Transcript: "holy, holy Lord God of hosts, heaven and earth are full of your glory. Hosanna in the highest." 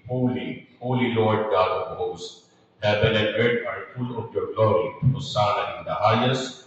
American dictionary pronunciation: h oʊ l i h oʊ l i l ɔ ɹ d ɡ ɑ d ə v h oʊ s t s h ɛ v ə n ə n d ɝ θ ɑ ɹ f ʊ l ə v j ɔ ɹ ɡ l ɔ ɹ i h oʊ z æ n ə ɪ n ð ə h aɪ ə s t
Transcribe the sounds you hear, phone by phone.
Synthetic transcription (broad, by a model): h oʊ l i h oʊ l i l ɔ ɹ d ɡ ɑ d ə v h oʊ s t h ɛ b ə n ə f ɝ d ɑ ɹ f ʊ l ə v j ɔ ɹ ɡ l ɔ ɹ i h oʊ s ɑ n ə ɪ n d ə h aɪ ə s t